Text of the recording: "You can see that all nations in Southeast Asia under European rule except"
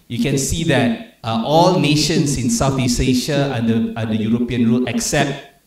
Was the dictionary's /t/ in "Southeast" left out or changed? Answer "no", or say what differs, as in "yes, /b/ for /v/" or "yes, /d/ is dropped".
yes, /t/ is dropped